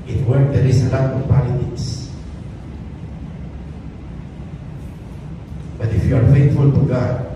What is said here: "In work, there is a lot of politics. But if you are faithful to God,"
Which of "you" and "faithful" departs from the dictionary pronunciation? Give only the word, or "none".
faithful